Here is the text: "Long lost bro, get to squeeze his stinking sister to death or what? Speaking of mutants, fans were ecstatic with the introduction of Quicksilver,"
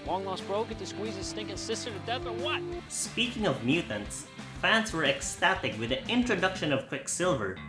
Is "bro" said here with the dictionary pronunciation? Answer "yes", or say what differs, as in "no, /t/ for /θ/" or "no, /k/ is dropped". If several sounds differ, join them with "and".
yes